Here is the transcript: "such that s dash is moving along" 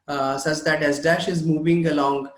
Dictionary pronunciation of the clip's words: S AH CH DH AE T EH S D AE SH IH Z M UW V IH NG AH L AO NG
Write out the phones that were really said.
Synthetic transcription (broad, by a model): S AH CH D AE T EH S D AE SH IH Z M UW V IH NG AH L AO NG